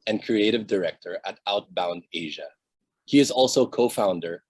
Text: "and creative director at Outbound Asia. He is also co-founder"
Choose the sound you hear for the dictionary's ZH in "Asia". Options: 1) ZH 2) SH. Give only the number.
1